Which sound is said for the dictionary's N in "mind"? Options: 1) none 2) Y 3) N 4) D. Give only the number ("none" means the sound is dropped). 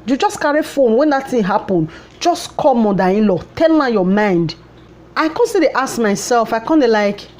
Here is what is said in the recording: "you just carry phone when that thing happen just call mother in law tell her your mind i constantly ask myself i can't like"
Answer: 3